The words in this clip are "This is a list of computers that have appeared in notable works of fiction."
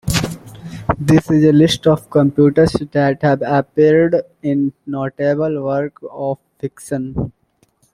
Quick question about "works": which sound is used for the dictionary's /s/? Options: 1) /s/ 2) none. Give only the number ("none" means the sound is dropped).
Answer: 2